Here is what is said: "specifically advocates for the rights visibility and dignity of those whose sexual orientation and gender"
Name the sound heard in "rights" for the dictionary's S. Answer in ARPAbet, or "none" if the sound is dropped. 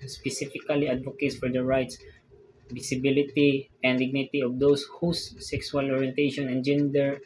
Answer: S